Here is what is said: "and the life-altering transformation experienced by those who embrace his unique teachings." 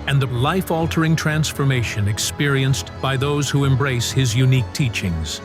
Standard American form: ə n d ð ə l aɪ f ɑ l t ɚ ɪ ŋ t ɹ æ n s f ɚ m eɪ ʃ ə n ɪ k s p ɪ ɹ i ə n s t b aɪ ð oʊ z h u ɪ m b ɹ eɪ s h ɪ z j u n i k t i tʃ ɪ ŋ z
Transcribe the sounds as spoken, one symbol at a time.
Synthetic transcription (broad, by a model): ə n ð ə l aɪ f ɑ l t ɚ ɪ ŋ t ɹ æ n s f ɚ m eɪ ʃ ə n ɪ k s p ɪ ɹ i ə n s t b aɪ ð oʊ z h u ɪ m b ɹ eɪ s h ɪ z j u n i k t i tʃ ɪ ŋ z